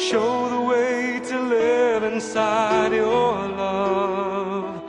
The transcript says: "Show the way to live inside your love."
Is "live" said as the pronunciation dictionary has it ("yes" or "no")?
yes